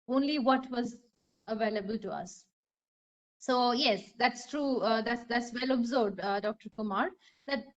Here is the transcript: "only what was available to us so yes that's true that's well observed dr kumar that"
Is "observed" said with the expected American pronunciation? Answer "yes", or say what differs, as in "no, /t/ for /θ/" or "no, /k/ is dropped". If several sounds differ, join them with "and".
no, /v/ is dropped